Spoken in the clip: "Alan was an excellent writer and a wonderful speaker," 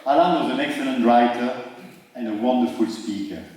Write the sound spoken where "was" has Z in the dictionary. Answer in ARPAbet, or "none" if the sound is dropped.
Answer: Z